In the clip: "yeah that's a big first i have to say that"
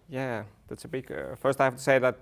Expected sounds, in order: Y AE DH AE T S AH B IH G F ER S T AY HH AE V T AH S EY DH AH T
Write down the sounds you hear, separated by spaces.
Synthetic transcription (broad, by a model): Y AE DH AE T S AH B IH G F ER S T AY HH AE F T AH S EY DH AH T